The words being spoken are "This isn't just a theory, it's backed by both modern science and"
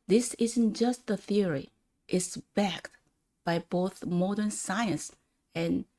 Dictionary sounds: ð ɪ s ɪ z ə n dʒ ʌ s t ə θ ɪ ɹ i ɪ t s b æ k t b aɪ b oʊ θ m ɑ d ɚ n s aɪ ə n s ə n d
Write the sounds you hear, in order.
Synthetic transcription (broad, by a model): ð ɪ s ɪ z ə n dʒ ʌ s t ə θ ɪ ɹ i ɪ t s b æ k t b aɪ b oʊ θ m ɑ d ɚ n s aɪ ə n s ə n